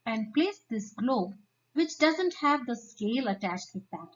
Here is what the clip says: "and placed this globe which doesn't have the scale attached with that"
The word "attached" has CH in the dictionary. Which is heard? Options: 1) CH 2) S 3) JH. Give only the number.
1